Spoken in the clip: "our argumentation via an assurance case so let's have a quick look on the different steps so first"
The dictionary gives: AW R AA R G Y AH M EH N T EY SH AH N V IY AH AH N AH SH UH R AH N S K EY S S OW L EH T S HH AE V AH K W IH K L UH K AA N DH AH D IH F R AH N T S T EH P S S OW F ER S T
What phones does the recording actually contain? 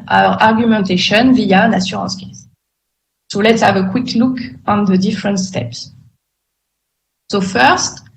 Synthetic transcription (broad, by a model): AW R AA R G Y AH M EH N T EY SH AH N V IY AH AH N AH S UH R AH S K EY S S OW L EH T S HH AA V AH K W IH K L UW K AA N DH AH D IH F R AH N T S T EH P S S OW F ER S T